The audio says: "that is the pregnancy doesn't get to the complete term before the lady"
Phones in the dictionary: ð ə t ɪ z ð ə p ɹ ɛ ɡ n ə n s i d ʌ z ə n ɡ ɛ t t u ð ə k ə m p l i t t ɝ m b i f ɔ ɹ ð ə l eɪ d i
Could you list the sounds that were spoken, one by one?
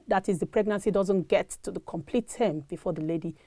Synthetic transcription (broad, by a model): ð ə t ɪ z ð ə p ɹ ɛ ɡ n ə n s i d ʌ z ə n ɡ ɛ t t u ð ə k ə m p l i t t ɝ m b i f ɔ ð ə l eɪ d i